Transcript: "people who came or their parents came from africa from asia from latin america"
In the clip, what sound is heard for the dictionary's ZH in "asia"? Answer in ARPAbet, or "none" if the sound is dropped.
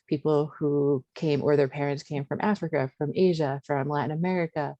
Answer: ZH